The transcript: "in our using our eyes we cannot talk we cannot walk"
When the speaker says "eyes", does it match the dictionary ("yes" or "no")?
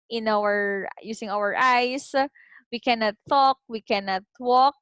no